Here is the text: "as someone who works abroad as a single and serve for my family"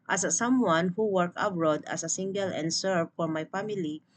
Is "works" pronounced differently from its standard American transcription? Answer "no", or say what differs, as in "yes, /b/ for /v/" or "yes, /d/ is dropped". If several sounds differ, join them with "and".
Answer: yes, /s/ is dropped